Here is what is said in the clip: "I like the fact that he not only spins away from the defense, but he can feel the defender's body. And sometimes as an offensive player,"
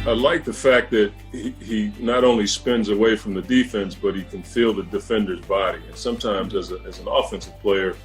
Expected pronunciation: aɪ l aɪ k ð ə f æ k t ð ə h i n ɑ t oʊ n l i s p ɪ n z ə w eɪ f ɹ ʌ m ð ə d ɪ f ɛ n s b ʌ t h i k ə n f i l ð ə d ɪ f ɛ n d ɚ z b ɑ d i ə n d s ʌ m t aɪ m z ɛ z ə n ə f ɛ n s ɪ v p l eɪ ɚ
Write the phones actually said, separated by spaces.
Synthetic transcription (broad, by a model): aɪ l aɪ k ð ə f æ k t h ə h i n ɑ t oʊ n l i s p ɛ n z ə w eɪ f ɹ ʌ m ð ə d ɪ f ɛ n s b ʌ t h i k ə n f i l ð ə d ɪ f ɛ n d ɚ z b ɑ d i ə n s ʌ m t aɪ m z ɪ z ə n ə f ɛ n s ɪ v p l eɪ ɚ